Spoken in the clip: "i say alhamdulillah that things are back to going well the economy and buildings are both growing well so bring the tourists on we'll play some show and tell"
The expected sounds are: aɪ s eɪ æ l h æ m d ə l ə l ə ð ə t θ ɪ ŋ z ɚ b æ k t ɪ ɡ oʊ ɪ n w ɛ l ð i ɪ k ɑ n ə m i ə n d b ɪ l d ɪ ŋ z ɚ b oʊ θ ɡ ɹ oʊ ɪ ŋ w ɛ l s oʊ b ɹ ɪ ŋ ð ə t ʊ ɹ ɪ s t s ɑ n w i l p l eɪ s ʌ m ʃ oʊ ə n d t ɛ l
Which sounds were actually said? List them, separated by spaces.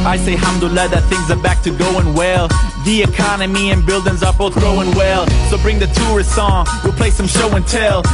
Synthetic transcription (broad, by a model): aɪ s eɪ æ h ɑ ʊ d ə l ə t ð ə t θ ɪ ŋ z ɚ b æ k t ɪ ɡ oʊ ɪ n w ɛ l ð i ɪ k ɑ n ə m i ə n b ɪ l d ɪ ŋ z ɚ b oʊ θ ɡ oʊ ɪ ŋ w ɛ l s oʊ b ɹ ɪ ŋ ð ə t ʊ ɹ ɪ s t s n w i l p l eɪ s ʌ m ʃ oʊ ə n t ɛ l